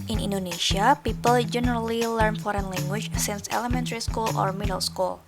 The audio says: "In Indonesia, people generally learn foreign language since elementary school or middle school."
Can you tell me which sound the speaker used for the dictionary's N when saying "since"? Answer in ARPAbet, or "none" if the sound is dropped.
N